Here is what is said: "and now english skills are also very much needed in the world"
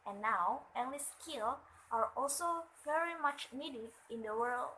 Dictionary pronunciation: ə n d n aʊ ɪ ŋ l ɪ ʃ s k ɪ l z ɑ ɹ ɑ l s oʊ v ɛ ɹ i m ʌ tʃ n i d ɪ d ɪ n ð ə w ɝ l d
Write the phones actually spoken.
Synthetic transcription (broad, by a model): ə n n aʊ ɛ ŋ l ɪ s k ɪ l ɑ ɹ ɑ l s oʊ v ɛ ɹ i m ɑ tʃ n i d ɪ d ɪ n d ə w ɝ l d